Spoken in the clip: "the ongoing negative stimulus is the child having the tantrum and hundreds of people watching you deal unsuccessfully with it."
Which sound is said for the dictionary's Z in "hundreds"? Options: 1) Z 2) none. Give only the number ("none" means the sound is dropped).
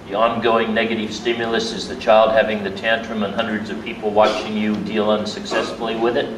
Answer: 1